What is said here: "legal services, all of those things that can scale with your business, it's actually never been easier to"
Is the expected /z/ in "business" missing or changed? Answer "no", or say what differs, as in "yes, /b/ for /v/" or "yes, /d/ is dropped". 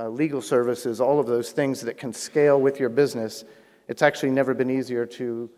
no